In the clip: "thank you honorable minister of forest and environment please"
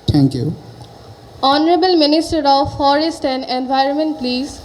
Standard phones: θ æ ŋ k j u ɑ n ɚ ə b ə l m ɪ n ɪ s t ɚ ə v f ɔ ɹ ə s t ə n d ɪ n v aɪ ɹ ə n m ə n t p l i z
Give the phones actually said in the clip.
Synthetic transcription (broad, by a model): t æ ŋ k j u ɑ n ɚ ə b ə l m ɪ n ɪ s t ɚ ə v f ɔ ɹ ə s t ə n d ɪ n v aɪ ɹ ə n m ə n t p l i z